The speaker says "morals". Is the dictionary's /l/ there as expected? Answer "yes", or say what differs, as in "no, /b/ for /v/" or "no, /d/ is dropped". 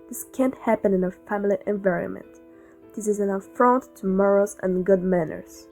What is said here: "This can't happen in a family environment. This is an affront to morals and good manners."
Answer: no, /l/ is dropped